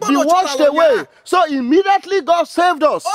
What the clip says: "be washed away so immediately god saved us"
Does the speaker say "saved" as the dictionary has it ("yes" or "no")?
yes